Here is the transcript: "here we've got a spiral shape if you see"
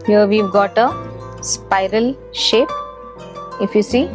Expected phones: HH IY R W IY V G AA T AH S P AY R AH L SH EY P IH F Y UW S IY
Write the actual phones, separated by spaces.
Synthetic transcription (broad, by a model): HH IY R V IY V G AA T AH S P AY R AH L SH EY P IH F Y UW S IY